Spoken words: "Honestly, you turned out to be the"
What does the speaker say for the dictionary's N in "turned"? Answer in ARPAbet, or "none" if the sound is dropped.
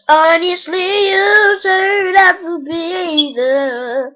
none